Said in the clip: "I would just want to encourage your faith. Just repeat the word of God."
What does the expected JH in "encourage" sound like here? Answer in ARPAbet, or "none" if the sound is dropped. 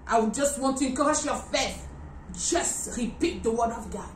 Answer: SH